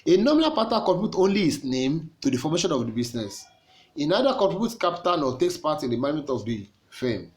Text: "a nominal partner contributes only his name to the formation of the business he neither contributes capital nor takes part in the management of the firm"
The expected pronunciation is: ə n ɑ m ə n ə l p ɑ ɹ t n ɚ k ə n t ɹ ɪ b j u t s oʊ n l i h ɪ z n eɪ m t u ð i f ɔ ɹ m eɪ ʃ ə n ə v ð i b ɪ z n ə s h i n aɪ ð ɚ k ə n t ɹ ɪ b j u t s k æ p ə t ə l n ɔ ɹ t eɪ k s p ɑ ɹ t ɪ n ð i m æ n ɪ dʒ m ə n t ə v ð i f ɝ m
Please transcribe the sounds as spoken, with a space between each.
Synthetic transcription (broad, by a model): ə n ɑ m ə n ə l p ɑ t ɑ k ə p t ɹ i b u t oʊ n l i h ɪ s n eɪ m t u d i f ɔ m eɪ ʃ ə n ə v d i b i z n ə s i n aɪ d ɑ k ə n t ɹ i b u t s k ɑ p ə t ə n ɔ t eɪ k s p ɑ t ɪ n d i m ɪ m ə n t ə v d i f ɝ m